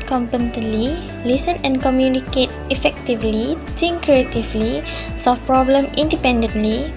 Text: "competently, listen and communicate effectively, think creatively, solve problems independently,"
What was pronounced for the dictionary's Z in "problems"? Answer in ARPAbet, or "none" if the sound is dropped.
none